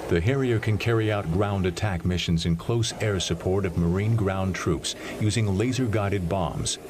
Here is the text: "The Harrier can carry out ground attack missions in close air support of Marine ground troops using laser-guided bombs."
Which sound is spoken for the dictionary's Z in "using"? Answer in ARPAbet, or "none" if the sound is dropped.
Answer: Z